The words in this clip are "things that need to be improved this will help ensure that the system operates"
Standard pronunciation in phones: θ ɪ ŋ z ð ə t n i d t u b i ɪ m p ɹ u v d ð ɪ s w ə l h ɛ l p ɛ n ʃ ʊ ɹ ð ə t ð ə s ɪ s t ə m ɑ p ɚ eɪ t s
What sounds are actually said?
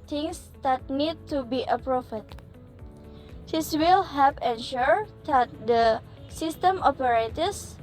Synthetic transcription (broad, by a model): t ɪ ŋ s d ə t n i d t u b i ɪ p ɹ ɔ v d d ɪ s w ə l h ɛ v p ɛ n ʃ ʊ ɹ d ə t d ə s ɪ s t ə m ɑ p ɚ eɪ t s